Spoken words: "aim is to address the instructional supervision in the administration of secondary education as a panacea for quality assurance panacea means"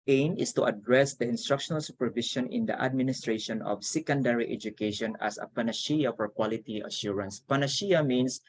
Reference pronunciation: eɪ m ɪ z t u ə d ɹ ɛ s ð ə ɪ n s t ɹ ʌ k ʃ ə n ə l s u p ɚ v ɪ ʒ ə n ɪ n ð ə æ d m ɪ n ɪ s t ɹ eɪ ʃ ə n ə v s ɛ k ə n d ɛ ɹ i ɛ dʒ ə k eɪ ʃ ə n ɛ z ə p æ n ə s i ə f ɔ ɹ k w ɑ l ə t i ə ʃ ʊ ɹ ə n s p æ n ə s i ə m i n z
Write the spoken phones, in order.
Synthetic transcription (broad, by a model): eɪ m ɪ s t u ə d ɹ ɛ s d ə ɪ n s t ɹ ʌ k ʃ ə n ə l s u p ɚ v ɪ ʃ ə n ɪ n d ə æ d m ɪ n ɪ s t ɹ eɪ ʃ ə n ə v s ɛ k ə n d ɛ ɹ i ɛ dʒ ə k eɪ ʃ ə n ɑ s ə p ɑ n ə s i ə f ɔ ɹ k w ɑ l ə t i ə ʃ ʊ ɹ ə n s p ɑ n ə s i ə m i n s